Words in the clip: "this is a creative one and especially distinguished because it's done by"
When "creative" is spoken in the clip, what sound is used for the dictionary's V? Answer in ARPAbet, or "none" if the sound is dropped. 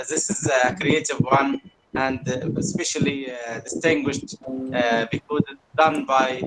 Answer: V